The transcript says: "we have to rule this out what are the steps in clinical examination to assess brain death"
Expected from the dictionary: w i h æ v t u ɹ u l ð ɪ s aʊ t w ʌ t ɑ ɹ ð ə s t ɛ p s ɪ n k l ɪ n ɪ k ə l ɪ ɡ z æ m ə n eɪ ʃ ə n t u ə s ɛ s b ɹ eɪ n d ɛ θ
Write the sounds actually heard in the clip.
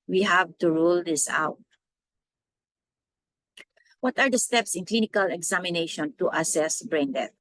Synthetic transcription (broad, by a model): w i h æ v t u ɹ u l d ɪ s aʊ t w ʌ t ɑ ɹ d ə s t ɛ p s ɪ n k l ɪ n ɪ k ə l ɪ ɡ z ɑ m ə n eɪ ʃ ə n t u ə s ɛ s b ɹ eɪ n d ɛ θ